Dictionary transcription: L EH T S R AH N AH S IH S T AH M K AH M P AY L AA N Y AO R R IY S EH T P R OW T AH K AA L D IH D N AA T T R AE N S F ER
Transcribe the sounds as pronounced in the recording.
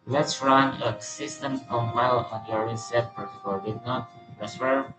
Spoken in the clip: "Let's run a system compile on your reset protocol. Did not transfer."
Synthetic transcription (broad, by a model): L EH T S R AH N AH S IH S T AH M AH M AY L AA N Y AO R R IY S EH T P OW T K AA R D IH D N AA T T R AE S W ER